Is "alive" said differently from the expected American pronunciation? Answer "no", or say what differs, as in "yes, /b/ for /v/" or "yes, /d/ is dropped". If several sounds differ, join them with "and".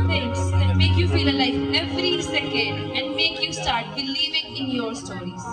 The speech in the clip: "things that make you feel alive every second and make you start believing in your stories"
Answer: yes, /f/ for /v/